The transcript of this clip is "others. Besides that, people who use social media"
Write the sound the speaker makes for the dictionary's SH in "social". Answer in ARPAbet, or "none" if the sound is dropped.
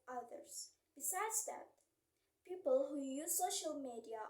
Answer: SH